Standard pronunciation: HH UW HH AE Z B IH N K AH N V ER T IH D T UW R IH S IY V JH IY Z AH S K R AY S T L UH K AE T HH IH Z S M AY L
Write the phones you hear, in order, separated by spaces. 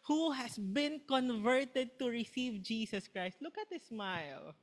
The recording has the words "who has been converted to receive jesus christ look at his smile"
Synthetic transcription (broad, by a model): HH UW HH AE S B IH N K AH N V ER T IH D T UW R IH S IY V JH IY S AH S K R AY S T L UH K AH T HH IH S M AY L